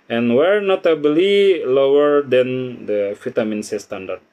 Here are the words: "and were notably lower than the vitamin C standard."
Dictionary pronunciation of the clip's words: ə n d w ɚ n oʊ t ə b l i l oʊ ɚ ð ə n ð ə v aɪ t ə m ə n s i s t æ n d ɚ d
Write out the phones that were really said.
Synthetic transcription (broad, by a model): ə n w ɚ n oʊ t ə b l i l oʊ ɚ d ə n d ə f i t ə m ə n s i s t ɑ n d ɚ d